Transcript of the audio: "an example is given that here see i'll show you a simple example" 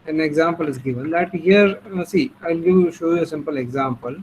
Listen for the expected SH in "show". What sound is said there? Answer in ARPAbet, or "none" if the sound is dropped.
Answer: SH